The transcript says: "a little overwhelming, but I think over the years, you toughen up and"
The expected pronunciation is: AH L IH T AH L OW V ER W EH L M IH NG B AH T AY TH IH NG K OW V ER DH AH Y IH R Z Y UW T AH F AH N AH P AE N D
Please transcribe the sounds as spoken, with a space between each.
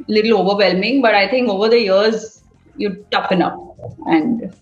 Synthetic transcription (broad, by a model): L IH T L OW V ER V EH L M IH NG B AH T AY T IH NG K OW V ER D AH Y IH R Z Y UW T AH F AH N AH F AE N D